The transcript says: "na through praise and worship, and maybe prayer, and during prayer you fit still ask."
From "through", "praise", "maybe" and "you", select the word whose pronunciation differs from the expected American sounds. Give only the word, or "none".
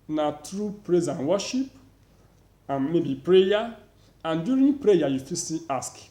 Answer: through